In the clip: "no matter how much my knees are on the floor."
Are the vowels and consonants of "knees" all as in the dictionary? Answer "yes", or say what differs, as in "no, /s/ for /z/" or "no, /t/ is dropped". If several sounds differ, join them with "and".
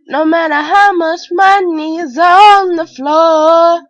yes